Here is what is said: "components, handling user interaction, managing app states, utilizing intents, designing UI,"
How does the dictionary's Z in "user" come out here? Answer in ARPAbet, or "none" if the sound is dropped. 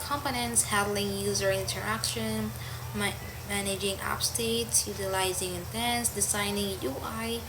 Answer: Z